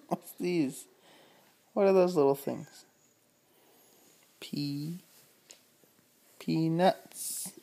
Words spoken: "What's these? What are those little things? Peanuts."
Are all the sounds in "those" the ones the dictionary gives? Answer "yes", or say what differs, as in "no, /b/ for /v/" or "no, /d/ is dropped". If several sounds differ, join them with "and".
yes